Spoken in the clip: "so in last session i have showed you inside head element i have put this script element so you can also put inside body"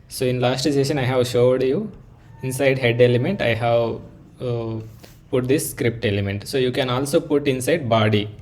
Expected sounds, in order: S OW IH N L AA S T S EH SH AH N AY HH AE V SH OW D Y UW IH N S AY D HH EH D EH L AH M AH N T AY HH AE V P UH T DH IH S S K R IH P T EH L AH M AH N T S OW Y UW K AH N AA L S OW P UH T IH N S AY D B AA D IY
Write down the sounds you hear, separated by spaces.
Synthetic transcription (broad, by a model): S OW IH N L AA S T S EH SH AH N AY HH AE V SH OW D Y UW IH N S AY D HH EH D EH L AH M AH N T AY HH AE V P UH T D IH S S K R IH P T EH L AH M AH N T S OW Y UW K AH N AA L S OW P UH T IH N S AY D B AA D IY